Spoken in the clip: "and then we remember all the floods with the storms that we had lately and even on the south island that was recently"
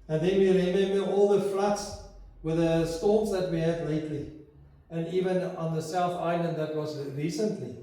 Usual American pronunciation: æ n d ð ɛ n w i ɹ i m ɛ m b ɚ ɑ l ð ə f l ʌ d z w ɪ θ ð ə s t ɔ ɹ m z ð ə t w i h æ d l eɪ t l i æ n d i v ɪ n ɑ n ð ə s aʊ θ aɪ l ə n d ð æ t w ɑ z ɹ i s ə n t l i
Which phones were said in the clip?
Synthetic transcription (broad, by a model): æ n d ð ɛ n w i ɹ i m ɛ m b ɚ ɑ l ð ə f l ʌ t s w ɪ ð ə s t ɔ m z ð ə t w i h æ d l eɪ t l i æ n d i v ɪ n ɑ n ð ə s aʊ θ aɪ l ə n d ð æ t w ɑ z ɹ i s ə n t l i